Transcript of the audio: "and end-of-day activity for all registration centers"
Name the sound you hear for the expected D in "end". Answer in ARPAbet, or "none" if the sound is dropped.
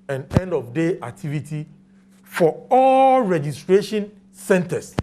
D